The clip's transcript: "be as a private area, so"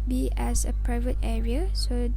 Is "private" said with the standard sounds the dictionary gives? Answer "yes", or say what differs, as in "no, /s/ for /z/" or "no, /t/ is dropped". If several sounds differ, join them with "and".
yes